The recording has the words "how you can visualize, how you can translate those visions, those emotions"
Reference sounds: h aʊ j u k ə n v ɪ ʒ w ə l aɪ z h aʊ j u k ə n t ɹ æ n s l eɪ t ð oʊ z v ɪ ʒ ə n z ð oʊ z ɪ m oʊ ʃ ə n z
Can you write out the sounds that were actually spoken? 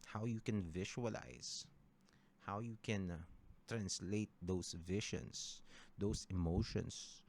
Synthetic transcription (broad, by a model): h aʊ j u k ə n v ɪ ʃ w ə l aɪ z h aʊ j u k ə n t ɹ æ n s l eɪ t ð oʊ s v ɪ ʃ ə n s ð oʊ s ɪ m oʊ ʃ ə n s